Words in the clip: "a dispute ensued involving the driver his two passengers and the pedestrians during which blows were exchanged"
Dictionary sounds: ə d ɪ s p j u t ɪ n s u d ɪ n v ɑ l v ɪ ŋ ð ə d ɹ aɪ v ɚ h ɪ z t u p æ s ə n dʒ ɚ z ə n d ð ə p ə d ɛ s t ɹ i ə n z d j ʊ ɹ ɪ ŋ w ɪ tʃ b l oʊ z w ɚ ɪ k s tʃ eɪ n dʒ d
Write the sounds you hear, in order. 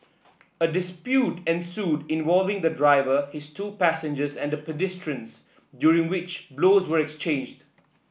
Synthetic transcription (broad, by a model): ə d ɪ s p j u t ɪ n s u d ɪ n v ɑ l v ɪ ŋ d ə d ɹ aɪ v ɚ h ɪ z t u p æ s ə n dʒ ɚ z ə n d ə p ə d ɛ s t ɹ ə n s d j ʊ ɹ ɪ ŋ w ɪ tʃ b l oʊ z w ɚ ɪ k s tʃ eɪ n dʒ d